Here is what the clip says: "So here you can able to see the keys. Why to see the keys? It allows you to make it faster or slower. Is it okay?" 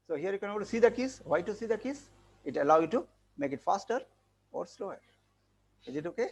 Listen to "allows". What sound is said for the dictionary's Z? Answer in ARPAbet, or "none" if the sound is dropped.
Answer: none